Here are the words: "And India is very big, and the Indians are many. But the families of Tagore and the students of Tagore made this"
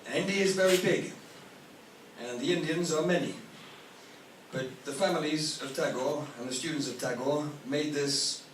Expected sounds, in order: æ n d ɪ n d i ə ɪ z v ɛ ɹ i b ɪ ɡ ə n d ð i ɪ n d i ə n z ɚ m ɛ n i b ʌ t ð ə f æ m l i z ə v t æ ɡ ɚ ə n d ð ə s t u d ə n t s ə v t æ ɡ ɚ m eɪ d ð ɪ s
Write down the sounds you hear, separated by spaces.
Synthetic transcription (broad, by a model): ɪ n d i ɪ z v ɛ ɹ i b ɪ ɡ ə n ð i ɪ n d i ə n z ɚ m ɛ n i b ʌ t ð ə f æ m l i z ə v t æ ɡ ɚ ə n ð ə s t u d n t s ə v t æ ɡ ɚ m eɪ d ð ɪ s